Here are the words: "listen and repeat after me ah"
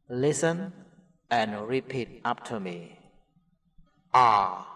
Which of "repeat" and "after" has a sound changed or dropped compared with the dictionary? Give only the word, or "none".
after